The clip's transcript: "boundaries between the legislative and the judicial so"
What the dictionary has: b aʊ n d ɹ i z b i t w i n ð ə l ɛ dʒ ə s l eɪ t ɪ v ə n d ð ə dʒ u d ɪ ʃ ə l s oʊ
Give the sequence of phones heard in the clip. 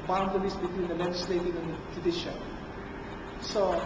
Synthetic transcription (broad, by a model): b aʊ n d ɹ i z b i t w i n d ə l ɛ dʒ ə s l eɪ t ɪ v ə n d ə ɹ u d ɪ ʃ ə n s oʊ